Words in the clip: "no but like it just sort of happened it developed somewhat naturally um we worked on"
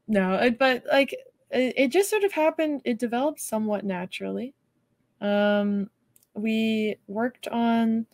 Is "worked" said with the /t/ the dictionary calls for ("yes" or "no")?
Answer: yes